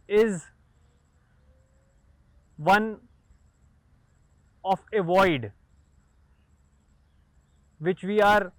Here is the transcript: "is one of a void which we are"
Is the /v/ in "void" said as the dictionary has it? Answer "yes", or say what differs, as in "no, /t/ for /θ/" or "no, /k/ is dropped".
yes